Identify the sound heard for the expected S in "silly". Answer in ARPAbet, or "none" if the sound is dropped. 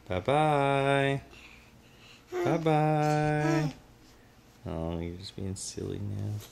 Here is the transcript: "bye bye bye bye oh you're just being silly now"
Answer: S